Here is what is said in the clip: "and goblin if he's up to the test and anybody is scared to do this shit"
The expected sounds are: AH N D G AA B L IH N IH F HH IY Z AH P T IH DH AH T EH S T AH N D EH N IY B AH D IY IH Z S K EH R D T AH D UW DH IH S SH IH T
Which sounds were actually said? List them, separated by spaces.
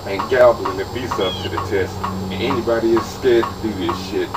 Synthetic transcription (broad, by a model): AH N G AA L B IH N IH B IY S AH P T IH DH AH T EH S T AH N EH N IY B AH D IY IH Z S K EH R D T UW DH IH SH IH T